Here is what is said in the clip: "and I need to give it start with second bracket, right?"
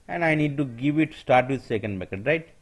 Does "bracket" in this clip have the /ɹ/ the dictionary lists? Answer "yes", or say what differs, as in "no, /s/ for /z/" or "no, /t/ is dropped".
no, /ɹ/ is dropped